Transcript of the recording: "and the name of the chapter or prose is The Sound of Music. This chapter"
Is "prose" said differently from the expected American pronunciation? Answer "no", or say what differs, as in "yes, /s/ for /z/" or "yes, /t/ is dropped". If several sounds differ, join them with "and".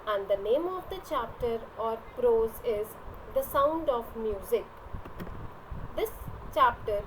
no